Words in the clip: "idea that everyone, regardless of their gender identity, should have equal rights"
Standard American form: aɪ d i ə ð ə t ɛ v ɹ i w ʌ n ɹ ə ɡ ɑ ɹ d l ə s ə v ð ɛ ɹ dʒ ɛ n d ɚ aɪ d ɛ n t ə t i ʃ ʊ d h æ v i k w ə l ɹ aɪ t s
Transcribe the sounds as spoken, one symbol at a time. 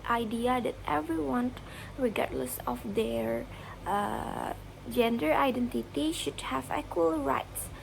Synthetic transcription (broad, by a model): aɪ d i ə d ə t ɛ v ɹ i w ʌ n ɹ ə ɡ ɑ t l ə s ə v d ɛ ɹ dʒ ɛ n d ɚ aɪ d ɛ n t ə t i ʃ ʊ d h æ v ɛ k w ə l ɹ aɪ t s